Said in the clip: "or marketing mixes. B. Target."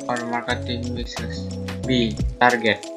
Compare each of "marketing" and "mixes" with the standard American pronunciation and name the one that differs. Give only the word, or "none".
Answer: mixes